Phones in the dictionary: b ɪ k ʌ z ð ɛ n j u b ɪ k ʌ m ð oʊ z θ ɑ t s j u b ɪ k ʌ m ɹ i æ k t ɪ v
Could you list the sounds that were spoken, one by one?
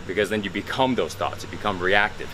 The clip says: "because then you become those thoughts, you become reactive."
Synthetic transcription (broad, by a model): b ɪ k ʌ z ð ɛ n j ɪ b ɪ k ʌ m ð oʊ z θ ɑ t s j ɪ b ɪ k ʌ m ɹ i æ k t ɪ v